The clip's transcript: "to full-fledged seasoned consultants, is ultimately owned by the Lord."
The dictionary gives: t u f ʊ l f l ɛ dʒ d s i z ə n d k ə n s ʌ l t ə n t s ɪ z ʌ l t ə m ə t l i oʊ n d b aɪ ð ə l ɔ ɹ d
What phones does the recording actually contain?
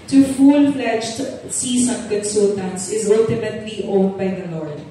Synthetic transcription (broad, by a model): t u f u l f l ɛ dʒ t s i s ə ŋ k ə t s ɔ t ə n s ɪ z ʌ l t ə m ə t l i oʊ n d b aɪ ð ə l ɔ ɹ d